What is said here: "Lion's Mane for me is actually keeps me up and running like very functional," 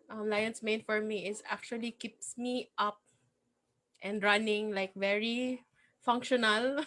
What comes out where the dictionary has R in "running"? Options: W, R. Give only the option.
R